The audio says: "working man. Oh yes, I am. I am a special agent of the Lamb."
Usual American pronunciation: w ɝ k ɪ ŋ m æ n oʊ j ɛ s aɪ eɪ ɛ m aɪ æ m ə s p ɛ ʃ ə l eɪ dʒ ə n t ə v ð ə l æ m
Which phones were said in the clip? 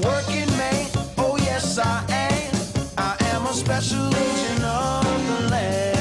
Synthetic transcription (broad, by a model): w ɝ k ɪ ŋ m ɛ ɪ oʊ j ɛ s aɪ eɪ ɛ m aɪ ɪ m ə s p ɛ ʃ ə l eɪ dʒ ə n ə v ð ə l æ